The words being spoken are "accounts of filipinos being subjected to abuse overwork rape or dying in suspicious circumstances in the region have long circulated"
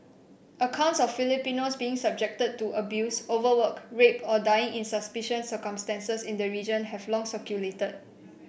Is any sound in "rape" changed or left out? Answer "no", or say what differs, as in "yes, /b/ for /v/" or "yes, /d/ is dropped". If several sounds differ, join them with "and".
no